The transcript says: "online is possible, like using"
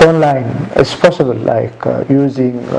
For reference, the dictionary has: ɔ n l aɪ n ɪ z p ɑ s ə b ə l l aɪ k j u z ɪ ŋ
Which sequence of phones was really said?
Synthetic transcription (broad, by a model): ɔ n l aɪ n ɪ s p ɑ s ə b ə l l aɪ k j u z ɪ ŋ